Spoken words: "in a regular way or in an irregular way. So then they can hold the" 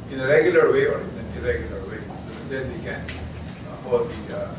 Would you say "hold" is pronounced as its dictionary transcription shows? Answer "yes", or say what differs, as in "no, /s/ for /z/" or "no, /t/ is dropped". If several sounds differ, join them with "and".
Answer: no, /l/ is dropped